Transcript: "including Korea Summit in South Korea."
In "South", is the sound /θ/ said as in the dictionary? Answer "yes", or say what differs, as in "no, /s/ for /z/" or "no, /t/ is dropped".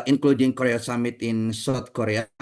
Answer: no, /t/ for /θ/